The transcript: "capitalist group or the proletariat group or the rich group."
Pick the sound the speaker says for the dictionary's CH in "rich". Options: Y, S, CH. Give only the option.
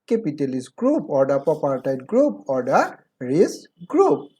S